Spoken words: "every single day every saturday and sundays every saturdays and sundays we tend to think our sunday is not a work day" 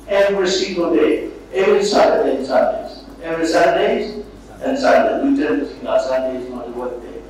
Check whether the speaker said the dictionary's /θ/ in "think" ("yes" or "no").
no